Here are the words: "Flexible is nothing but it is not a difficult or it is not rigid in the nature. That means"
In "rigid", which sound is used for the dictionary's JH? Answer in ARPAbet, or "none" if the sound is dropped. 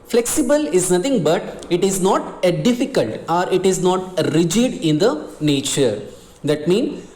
JH